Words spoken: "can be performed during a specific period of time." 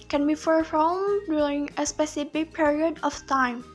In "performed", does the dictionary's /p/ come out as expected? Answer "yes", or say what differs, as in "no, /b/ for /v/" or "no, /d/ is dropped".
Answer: no, /f/ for /p/